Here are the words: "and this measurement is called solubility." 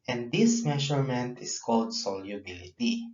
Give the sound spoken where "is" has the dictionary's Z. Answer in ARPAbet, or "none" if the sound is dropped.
S